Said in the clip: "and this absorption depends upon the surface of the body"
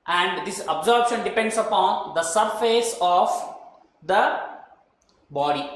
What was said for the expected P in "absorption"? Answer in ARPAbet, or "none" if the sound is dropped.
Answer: B